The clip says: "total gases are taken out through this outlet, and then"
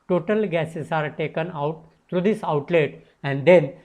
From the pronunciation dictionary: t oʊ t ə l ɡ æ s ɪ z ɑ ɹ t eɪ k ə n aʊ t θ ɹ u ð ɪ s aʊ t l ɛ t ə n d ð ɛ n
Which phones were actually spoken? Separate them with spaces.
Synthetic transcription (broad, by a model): t oʊ t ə l ɡ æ s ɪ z ɑ ɹ t eɪ k ə n aʊ t t ɹ u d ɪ s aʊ t l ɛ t ə n d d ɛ n